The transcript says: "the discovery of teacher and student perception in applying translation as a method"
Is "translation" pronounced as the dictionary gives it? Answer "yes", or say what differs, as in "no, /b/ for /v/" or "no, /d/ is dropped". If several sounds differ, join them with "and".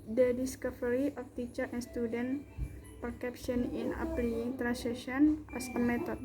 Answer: no, /l/ is dropped